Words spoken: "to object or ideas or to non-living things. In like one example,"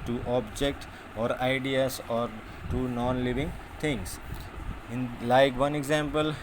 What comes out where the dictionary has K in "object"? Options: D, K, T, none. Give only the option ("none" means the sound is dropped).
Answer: K